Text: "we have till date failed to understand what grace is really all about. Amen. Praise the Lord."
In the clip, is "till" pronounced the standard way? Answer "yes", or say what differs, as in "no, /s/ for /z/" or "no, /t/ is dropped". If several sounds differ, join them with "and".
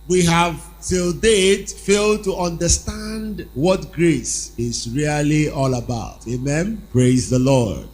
yes